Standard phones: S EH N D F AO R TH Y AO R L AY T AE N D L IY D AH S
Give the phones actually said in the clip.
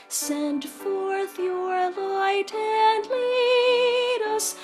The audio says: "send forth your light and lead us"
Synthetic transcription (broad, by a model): S EH N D F AO R TH Y AO R L AY T AE N D L IY D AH S